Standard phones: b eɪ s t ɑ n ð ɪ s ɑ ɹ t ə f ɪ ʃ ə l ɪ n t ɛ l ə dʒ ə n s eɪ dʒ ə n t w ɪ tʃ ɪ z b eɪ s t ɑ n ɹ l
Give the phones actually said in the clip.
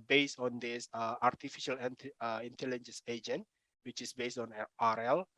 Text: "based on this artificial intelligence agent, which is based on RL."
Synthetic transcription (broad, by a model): b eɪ s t ɑ n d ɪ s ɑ ɹ t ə f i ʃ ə l ɪ n t ɛ l ə dʒ ə n s eɪ dʒ ə n t w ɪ tʃ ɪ s b eɪ s t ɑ n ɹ l